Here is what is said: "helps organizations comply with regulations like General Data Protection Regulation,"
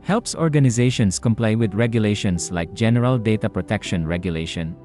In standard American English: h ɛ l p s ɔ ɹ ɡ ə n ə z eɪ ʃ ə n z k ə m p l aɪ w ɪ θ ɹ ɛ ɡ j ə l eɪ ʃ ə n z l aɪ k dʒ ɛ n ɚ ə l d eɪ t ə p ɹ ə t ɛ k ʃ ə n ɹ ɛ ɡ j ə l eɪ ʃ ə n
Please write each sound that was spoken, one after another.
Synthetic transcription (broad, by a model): h ɛ l p s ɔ ɹ ɡ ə n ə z eɪ ʃ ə n s k ə m p l aɪ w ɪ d ɹ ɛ ɡ j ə l eɪ ʃ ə n s l aɪ k dʒ ɛ n ɚ ə l d eɪ t ə p ɹ ə t ɛ k ʃ ə n ɹ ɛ ɡ j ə l eɪ ʃ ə n